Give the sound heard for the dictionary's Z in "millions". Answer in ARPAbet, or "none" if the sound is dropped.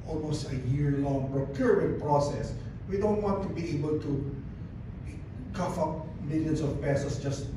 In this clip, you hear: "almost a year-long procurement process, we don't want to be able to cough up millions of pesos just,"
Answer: S